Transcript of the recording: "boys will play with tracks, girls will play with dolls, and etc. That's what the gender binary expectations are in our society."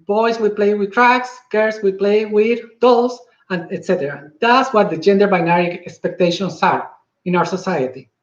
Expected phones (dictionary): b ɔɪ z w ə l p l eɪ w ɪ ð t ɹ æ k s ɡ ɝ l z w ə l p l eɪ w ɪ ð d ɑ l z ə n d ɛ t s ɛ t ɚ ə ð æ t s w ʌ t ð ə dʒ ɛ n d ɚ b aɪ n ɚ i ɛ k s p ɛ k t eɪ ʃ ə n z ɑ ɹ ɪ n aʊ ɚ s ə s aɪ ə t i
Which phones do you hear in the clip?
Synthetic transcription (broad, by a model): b ɔɪ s w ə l p l eɪ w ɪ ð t ɹ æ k s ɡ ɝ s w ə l p l eɪ w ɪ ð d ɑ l s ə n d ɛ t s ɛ t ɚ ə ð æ t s w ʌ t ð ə dʒ ɛ n d ɚ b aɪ n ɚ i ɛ k s p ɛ k t eɪ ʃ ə n s ɑ ɹ ɪ n aʊ ɚ s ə s aɪ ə t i